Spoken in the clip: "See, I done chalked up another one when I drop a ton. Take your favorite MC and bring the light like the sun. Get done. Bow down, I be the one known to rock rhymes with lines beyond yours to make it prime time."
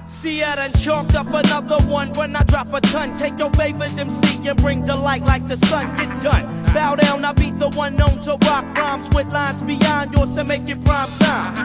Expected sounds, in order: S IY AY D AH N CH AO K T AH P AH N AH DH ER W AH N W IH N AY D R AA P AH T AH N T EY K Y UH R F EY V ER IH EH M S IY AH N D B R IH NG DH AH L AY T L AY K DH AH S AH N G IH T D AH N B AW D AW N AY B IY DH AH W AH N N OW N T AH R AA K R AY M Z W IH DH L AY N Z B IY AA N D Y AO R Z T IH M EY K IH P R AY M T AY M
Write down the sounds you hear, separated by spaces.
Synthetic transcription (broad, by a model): S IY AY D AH N CH AO K T AH P AH N AH DH ER W AH N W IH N AY D R AA P AH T AH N T EY K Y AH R F EY V ER IH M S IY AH N B R IH NG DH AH L AY T L AY K DH AH S AH N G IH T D AH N B AW D AW N AY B IY DH AH W AH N N OW N T AH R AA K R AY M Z W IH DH L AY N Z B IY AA N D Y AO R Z T IH M EY K IH P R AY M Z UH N